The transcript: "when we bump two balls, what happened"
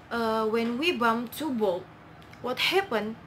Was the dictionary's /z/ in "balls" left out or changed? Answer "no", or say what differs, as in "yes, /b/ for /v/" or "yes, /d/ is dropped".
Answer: yes, /z/ is dropped